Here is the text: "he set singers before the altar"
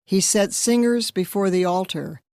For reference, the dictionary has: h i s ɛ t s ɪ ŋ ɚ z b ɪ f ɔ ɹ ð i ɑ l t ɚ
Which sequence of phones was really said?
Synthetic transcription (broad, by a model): h i s ɛ t s ɪ ŋ ɚ z b ɪ f ɔ ɹ ð i ɑ l t ɚ